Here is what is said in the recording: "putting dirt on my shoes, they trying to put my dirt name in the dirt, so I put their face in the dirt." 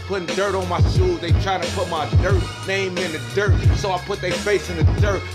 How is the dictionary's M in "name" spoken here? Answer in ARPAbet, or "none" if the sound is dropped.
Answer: M